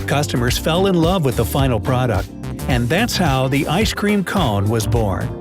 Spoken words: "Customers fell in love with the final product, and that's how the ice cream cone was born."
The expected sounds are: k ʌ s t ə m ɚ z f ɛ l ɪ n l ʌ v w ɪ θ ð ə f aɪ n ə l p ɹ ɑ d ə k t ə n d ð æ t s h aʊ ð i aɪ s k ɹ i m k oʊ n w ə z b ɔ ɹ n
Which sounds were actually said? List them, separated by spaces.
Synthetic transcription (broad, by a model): k ʌ s t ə m ɚ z f ɛ l ɪ n l ʌ v w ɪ ð ə f aɪ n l p ɹ ɑ d ə k t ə n ð æ t s h aʊ ð i aɪ s k ɹ i m k oʊ n w ə z b ɔ ɹ n